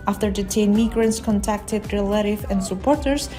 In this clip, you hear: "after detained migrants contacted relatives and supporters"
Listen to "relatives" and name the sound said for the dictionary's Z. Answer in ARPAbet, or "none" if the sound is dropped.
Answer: none